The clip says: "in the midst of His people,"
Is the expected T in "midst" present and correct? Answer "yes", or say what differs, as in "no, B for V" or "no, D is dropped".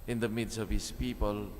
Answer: no, T is dropped